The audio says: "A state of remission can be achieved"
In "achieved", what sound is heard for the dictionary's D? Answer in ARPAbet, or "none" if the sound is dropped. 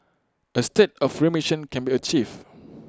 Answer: none